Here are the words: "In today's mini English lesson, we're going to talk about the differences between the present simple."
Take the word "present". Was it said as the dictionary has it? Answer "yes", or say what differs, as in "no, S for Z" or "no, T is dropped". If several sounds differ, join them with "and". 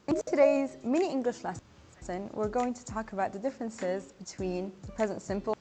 yes